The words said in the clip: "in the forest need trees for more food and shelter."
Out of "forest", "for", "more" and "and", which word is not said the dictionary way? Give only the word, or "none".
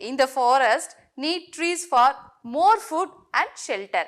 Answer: none